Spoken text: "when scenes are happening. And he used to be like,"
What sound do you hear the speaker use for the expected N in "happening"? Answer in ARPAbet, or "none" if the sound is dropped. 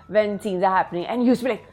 N